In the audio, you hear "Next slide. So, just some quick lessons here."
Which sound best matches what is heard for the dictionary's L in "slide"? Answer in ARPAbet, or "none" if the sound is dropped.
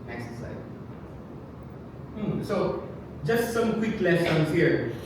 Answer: none